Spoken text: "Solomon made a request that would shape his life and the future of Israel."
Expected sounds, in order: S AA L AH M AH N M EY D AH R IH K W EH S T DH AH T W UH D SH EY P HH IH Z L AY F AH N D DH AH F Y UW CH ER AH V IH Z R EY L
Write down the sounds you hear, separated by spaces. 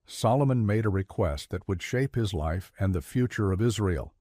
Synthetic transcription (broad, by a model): S AA L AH M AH N M EY D AH R IH K W EH S T DH AH T W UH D SH EY P HH IH Z L AY F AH N DH AH F Y UW CH ER AH V IH Z R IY L